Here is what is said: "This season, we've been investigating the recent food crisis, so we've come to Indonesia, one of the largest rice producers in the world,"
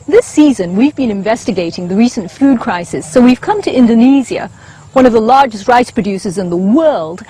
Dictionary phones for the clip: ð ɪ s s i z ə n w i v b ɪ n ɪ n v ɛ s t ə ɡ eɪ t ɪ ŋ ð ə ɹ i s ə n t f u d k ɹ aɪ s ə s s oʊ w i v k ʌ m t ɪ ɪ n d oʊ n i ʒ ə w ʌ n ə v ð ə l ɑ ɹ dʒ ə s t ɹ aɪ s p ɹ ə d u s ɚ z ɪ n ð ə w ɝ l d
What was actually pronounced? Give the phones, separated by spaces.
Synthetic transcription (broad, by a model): ð ɪ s s i z ə n w i v b ɪ n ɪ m v ɛ s t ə ɡ eɪ t ɪ ŋ ð ə ɹ i s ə n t f u d k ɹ aɪ s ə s s oʊ w i v k ʌ m t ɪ ɪ n d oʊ n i z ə w ʌ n ə v ð ə l ɑ ɹ dʒ ə s t ɹ aɪ s p ɹ ə d u s ɚ z ɪ n ð ə w ɝ l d